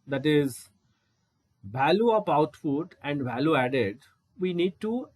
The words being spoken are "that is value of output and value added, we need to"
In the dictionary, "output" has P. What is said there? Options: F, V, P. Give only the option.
F